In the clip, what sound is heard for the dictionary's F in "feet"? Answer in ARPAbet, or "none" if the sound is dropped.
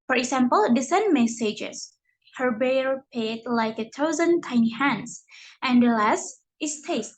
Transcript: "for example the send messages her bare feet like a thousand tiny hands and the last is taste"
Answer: P